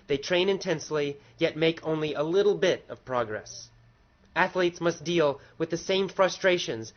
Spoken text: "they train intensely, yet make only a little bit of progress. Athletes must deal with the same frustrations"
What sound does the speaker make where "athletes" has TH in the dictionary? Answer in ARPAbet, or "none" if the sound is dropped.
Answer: TH